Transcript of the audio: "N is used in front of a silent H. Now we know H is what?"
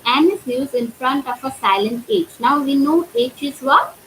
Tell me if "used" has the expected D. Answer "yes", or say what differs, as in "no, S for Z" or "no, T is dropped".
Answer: no, D is dropped